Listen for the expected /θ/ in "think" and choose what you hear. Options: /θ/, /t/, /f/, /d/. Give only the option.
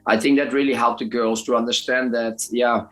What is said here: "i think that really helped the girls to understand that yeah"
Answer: /θ/